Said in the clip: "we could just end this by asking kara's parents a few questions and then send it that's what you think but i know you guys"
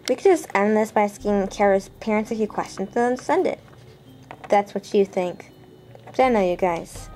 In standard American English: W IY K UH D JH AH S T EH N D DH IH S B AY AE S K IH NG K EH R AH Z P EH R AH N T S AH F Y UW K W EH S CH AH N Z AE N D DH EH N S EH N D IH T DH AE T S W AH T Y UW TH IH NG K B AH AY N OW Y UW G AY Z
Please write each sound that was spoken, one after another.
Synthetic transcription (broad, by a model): W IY K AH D JH AH S T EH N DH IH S B AY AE S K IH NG K EH R AH Z P EH R AH N T S AH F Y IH K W EH S CH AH N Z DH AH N S EH N D IH T DH AE T S W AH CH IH TH IH NG K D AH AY N OW Y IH G AY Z